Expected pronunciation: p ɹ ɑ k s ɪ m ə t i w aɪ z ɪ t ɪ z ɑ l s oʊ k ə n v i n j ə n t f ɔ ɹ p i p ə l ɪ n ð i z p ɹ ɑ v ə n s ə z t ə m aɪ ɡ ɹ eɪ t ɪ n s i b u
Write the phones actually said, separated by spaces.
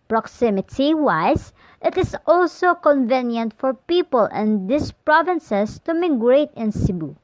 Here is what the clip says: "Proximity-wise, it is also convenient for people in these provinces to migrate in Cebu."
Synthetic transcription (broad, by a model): p ɹ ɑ k s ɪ m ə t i w aɪ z ɪ t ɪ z ɑ l s oʊ k ə n v i n j ə n t f ɔ ɹ p i p ə l ɪ n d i s p ɹ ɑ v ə n s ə s t ə m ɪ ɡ ɹ eɪ t ɪ n s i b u